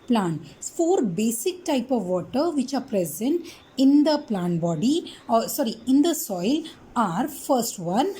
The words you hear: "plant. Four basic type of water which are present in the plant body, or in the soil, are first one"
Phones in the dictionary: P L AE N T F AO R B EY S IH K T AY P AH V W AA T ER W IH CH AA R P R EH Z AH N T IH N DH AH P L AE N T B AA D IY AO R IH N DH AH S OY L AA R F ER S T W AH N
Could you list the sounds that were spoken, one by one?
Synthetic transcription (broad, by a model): P L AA N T F AO R B EY S IH K T AY P AH V AA T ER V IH CH AA R P R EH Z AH N T IH N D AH P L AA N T B AA D IY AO R IH N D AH S OY L AA R F ER S T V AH N